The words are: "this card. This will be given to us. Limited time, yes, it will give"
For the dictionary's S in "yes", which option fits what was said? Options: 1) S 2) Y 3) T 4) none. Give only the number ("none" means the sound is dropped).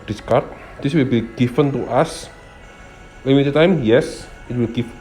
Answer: 1